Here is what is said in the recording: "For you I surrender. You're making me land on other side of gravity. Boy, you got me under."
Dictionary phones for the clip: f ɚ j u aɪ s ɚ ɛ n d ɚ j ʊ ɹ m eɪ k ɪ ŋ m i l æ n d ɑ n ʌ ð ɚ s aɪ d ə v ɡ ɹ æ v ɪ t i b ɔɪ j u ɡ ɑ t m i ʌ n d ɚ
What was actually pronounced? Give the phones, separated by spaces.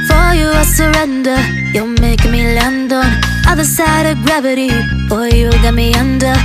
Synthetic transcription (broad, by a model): f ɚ j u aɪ s ɚ ɛ n d ɚ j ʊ l m eɪ ɪ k m i l æ n d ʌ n ʌ ð ɚ s aɪ d ə v ɡ ɹ æ v ɪ t i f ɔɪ j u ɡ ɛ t m i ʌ n d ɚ